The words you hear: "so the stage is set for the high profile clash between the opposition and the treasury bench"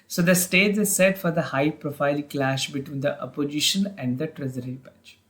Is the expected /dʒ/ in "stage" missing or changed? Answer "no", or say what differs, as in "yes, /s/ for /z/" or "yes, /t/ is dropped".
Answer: yes, /z/ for /dʒ/